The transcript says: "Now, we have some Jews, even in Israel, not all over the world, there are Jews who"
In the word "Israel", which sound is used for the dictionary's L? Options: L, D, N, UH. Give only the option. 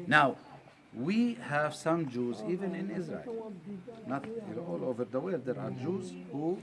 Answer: L